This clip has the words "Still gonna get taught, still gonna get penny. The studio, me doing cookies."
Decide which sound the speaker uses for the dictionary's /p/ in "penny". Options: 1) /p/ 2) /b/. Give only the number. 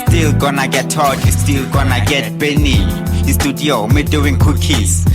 2